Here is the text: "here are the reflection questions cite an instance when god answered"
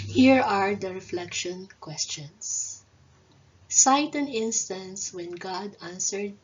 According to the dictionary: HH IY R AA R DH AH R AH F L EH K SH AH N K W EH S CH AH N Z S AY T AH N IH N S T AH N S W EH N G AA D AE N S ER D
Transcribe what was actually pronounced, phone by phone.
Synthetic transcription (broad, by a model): HH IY R AA R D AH R AH F L EH K SH AH N K W EH S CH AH N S S AY T AH N IH N S T AH N S W EH N G AA D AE N S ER D